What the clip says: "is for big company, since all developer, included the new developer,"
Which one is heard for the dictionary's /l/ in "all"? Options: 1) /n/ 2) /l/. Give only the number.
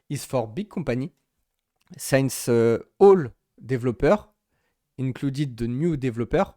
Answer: 2